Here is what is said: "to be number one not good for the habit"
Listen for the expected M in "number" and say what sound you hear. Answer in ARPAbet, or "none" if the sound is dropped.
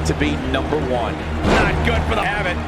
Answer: M